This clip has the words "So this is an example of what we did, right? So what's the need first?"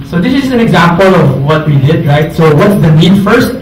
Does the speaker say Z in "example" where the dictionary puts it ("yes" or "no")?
yes